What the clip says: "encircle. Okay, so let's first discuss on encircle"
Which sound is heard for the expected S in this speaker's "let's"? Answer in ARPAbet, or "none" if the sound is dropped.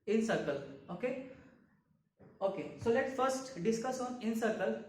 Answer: none